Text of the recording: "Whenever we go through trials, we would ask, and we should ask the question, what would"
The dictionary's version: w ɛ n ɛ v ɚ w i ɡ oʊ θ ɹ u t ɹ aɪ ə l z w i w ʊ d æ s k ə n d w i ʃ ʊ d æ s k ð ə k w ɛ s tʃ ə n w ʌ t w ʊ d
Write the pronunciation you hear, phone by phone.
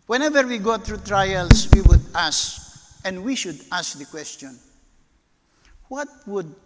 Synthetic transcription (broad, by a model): w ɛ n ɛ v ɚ w i ɡ oʊ t ɹ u t ɹ aɪ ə l s w i w ʊ d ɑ s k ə n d w i ʃ ʊ d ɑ s k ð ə k w ɛ s tʃ ə n w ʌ t w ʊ d